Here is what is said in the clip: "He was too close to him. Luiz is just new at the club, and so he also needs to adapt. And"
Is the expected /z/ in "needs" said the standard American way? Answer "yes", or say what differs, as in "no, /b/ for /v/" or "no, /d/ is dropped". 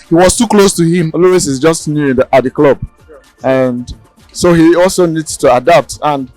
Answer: no, /z/ is dropped